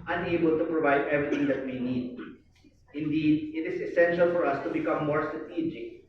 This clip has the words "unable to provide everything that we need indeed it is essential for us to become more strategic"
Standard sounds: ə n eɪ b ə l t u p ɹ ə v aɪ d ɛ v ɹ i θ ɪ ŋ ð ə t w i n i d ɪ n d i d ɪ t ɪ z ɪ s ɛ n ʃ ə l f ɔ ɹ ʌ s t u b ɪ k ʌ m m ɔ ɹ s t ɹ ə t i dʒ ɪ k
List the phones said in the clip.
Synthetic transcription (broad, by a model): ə n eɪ b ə l t u p ɹ ə v aɪ d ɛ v ɹ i t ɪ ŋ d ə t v i n i d ɪ n d i d ɪ t ɪ z ɪ s ɛ n ʃ ə l f ɔ ɹ ʌ s t u b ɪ k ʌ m m ɔ ɹ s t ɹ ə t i dʒ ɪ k